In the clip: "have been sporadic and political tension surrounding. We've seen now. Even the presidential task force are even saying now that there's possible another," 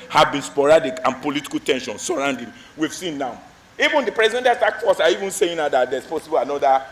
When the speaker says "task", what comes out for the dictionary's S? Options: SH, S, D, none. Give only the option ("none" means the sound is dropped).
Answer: none